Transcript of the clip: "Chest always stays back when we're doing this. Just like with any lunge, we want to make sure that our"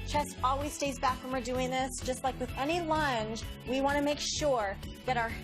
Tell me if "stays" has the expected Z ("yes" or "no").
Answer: yes